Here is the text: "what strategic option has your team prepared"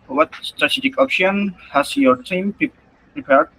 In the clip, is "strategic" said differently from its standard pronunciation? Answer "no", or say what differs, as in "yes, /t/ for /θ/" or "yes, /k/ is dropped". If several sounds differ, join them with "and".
no